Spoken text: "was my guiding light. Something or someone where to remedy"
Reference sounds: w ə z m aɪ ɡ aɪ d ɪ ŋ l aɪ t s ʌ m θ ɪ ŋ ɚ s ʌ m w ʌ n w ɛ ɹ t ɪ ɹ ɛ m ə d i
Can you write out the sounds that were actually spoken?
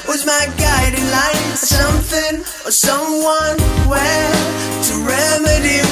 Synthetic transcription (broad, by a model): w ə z m aɪ ɡ aɪ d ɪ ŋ l aɪ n s ʌ m θ ɪ ŋ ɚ s ʌ m w ʌ n w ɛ l t ɪ ɹ ɛ m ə d i